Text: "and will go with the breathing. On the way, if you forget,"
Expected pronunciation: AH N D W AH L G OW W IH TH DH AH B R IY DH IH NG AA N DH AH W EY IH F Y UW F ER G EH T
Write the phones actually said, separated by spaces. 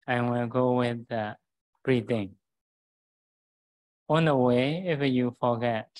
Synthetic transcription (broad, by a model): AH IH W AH N G OW W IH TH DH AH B R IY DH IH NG AA N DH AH W EY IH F Y UW F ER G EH T